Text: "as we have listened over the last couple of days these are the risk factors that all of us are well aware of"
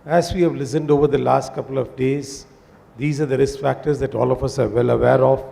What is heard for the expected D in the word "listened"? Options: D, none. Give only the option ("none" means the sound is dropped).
D